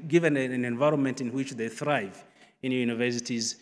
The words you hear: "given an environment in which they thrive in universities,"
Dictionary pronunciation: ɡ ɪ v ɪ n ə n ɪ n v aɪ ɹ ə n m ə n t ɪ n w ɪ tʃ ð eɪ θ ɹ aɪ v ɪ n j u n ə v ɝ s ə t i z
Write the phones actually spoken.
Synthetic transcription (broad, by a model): ɡ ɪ v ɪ n ə n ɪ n v aɪ ɹ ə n m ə n t ɪ n w ɪ tʃ ð eɪ θ ɹ aɪ v ɪ n j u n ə v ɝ s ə t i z